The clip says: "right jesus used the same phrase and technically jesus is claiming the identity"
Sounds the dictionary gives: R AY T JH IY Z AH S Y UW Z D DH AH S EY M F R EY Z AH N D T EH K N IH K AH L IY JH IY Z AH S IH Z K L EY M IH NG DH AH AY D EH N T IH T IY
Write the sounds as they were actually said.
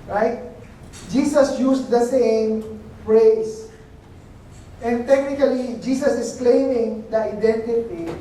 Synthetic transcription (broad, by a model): R AY T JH IY S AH S Y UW S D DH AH S EY M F R EY S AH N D T EH K N IH K AH L IY JH IY S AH S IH S K L EY M IH NG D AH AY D EH N T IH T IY